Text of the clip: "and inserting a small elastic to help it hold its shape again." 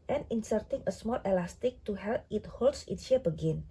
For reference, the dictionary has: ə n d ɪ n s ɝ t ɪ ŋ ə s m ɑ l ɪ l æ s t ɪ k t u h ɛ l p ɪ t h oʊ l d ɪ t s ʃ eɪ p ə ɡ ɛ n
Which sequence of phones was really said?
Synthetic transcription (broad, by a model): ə n ɪ n s ɝ t ɪ ŋ ə s m ɑ l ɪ l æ s t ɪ k t u h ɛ l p ɪ t h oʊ l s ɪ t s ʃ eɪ b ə ɡ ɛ n